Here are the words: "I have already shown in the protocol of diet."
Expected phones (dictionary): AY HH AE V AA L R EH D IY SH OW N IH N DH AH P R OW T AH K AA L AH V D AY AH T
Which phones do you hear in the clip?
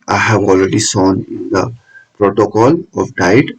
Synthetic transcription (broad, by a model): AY HH AE V AA L R EH D IY S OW N IH N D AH P R OW T AH K AA L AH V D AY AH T